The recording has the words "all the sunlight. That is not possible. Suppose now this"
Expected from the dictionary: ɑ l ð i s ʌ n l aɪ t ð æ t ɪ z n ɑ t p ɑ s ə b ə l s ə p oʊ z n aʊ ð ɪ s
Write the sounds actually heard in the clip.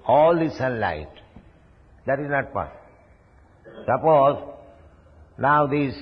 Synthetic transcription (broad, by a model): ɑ l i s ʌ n l aɪ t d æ t ɪ z n ɑ t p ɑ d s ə n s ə p oʊ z n aʊ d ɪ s